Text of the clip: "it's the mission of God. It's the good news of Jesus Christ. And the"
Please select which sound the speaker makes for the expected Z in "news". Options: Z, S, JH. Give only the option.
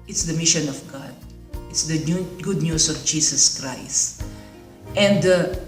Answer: S